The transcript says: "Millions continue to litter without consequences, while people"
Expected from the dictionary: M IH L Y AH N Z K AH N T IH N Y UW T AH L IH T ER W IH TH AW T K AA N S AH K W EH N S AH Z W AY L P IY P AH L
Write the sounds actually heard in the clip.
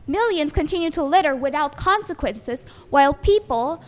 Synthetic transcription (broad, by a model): M IH L Y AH N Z K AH N T IH N Y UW T AH L IH T ER W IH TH AW T K AA N S AH K W EH N S AH Z W AY L P IY P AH L